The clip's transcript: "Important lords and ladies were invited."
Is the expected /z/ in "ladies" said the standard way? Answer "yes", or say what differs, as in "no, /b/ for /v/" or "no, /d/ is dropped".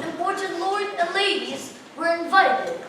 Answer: yes